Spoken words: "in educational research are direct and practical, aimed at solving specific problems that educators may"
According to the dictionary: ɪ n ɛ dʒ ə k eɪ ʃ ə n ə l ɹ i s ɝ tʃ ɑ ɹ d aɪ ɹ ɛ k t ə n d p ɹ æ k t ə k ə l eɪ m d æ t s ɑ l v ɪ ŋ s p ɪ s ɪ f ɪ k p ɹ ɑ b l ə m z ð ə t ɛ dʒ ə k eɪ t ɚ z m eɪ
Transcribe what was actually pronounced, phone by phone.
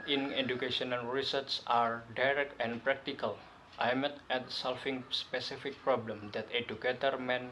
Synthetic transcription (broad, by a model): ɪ n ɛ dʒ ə k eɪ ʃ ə n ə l ɹ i s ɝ s ɑ ɹ d aɪ ɹ ɛ k t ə n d p ɹ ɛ k t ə k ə l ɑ m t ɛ t s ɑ l f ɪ ŋ s p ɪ s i f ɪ k p ɹ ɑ b l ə m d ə t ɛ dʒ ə k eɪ t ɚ m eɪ